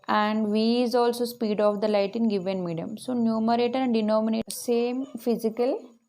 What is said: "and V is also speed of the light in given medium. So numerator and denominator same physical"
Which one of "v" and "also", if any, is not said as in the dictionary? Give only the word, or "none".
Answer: none